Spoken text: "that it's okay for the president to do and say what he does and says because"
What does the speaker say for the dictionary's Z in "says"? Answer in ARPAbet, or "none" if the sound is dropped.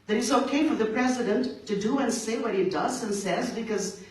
Z